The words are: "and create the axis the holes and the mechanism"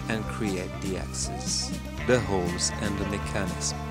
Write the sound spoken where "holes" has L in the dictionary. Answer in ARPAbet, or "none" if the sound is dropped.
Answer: L